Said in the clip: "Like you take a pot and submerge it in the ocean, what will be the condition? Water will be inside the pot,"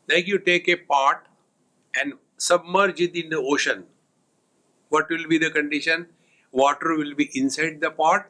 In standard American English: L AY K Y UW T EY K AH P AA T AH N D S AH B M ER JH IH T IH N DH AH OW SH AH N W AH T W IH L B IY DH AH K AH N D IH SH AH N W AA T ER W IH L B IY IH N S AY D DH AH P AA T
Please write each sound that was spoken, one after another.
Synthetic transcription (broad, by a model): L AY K Y UW T EY K AH P AA T AH N D S AH B M ER JH IH T IH N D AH OW SH AH N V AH T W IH L B IY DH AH K AH N D IH SH AH N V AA T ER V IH L B IY IH N S AY D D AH P AA T